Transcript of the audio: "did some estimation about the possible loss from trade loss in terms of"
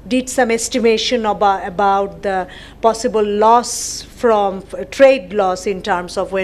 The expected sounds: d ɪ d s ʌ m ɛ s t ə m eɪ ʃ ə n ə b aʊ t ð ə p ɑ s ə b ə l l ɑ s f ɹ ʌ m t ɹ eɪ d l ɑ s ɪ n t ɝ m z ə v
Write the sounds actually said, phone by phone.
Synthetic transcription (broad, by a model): d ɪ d s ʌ m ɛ s t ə m eɪ ʃ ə n ə b aʊ t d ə p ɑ s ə b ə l l ɑ s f ɹ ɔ m t ɹ eɪ d l ɑ s ɪ n t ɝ m s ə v